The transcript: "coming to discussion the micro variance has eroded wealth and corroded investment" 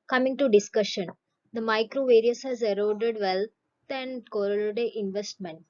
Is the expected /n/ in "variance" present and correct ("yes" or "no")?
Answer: no